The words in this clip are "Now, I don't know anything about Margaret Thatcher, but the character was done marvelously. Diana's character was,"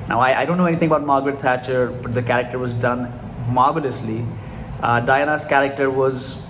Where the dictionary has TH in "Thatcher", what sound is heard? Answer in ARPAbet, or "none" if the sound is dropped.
T